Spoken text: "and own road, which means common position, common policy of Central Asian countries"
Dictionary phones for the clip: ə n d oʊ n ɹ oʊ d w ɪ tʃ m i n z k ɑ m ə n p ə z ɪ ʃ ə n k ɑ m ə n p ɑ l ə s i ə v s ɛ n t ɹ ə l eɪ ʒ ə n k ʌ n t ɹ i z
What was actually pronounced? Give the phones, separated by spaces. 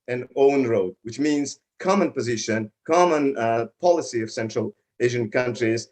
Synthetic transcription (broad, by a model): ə n oʊ n ɹ oʊ d w ɪ tʃ m i n z k ɑ m ə n p ə z ɪ ʃ ə n k ɑ m ə n p ɑ l ə s i ə v s ɛ n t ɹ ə l eɪ ʒ ə n k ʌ n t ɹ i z